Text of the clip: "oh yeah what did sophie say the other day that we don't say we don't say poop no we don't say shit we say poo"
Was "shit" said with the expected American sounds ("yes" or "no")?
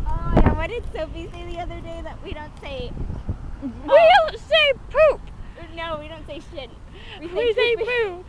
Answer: yes